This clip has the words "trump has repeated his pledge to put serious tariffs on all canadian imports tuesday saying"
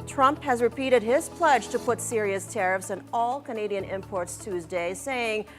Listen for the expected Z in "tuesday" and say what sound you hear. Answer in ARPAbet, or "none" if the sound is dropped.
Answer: Z